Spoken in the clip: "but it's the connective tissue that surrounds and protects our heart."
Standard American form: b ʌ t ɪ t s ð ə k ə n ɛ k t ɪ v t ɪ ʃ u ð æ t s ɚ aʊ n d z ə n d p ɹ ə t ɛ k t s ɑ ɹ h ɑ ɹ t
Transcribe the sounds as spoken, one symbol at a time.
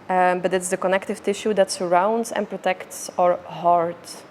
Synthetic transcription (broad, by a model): b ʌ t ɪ t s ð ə k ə n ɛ k t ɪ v t ɪ ʃ u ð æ t s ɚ aʊ n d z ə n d p ɹ ə t ɛ k t s ɑ ɹ h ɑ ɹ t